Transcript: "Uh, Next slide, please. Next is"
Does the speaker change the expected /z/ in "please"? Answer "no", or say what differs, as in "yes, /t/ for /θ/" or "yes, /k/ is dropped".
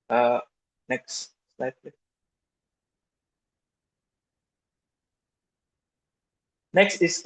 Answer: yes, /z/ is dropped